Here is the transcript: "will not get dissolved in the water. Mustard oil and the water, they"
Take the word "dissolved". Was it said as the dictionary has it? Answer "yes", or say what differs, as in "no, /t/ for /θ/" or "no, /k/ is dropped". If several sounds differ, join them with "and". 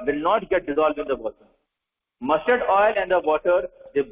yes